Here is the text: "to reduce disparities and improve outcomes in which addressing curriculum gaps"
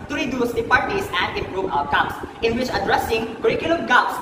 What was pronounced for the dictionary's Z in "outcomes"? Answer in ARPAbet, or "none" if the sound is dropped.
S